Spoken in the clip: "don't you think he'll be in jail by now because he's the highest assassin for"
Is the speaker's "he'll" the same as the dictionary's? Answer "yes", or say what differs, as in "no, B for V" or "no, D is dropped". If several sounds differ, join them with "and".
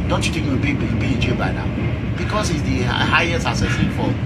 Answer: no, W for L